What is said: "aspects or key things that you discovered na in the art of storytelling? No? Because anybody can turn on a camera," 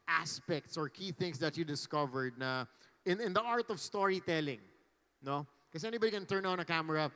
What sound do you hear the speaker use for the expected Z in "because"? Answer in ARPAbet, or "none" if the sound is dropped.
none